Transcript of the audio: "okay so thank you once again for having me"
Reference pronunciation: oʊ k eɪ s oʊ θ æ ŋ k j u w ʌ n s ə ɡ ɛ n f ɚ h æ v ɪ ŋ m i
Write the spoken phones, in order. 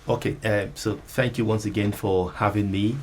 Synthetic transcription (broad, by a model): oʊ k eɪ s oʊ θ æ ŋ k j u w ʌ n s ə ɡ ɛ n f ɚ h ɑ v ɪ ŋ m i